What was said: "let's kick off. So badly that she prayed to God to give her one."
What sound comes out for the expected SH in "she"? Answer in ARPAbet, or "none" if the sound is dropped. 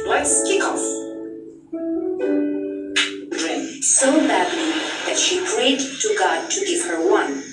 SH